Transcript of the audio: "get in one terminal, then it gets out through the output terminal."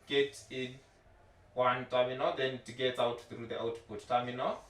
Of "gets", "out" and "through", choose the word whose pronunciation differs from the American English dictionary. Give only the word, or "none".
gets